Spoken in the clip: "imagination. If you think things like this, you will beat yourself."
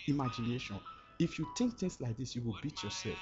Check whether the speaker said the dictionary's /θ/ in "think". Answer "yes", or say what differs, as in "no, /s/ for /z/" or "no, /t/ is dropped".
no, /t/ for /θ/